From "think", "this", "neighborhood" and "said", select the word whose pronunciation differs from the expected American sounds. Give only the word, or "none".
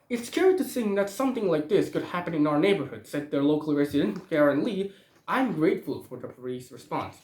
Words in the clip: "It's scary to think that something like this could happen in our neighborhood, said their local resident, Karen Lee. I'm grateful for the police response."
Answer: think